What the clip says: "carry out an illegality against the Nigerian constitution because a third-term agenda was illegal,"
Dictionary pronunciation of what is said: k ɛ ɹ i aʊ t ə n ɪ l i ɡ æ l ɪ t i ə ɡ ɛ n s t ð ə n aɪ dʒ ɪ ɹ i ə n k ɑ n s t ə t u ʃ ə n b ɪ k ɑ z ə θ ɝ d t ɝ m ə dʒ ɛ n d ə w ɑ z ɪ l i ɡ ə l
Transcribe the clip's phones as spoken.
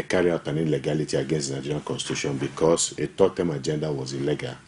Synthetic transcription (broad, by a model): k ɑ ɹ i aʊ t ə n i l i ɡ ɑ l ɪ t i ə ɡ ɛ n s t n aɪ dʒ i ɹ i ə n k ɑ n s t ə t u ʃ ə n b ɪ k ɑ s ə t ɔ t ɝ m ə dʒ ɛ n d ə w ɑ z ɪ l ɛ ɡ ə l